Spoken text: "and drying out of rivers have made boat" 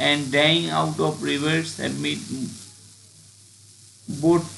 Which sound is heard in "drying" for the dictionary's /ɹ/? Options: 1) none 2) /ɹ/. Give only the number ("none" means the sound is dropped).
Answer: 1